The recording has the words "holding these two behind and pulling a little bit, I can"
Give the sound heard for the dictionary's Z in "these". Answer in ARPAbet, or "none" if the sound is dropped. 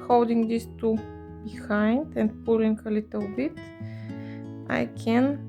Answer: S